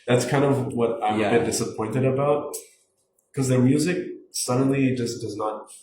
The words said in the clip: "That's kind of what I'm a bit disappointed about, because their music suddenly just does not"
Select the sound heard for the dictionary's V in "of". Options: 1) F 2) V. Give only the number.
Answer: 2